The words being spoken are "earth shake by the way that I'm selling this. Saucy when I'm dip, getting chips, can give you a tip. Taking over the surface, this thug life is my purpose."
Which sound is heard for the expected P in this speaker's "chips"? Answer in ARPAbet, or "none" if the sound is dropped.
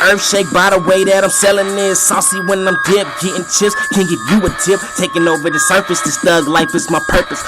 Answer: none